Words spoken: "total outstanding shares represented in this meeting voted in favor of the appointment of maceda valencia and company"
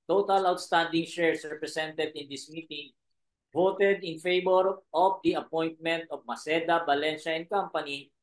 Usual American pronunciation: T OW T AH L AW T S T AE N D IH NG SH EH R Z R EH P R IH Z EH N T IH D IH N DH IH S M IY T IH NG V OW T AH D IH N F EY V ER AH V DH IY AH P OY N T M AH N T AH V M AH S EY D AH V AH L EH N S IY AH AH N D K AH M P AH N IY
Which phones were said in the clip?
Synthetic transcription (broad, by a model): T OW T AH L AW T S T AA N D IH NG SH EH R S R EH P R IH S EH N T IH D IH N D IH S M IY T IH NG V OW T AH D IH N F EY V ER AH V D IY AH P OY N T M AH N T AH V M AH S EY D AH B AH L EH N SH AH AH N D K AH M P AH N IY